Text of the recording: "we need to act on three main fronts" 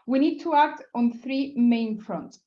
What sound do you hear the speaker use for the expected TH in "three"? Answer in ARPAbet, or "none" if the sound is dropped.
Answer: TH